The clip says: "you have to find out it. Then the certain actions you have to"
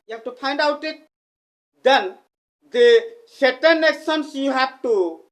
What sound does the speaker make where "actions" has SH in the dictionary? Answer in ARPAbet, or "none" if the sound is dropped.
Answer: S